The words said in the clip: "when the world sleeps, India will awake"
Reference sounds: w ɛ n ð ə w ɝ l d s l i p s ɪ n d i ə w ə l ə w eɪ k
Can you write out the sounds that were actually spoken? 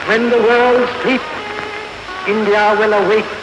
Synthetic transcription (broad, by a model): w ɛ n ð ə w ɝ l d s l i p ɪ n d i ə w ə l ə w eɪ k